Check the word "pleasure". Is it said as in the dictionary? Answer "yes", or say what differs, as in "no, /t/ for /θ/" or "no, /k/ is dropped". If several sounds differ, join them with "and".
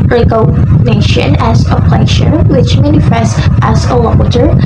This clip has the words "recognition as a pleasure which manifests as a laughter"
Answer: no, /ʃ/ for /ʒ/